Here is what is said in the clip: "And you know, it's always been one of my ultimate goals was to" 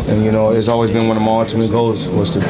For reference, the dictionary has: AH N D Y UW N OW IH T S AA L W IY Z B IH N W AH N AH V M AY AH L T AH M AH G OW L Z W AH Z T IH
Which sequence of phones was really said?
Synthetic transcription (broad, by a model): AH N Y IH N OW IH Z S AA L W IY Z B IH N W AH N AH M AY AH T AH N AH G OW Z W AH Z T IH